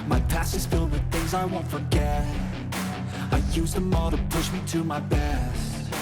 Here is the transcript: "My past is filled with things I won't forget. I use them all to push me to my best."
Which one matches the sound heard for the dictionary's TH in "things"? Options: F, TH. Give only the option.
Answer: TH